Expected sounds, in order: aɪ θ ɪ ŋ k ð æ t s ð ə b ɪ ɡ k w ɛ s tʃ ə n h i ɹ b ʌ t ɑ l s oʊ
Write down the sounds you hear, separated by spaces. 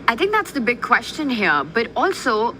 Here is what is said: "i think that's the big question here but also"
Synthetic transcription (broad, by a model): aɪ t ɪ ŋ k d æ t s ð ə b ɪ ɡ k w ɛ s tʃ ə n h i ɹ b ʌ t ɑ l s oʊ